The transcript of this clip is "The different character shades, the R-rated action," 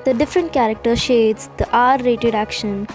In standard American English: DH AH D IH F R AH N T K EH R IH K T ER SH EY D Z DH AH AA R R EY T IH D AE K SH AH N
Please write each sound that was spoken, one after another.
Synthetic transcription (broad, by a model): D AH D IH F R AH N T K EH R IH K T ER SH EY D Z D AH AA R R EY T IH D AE K SH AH N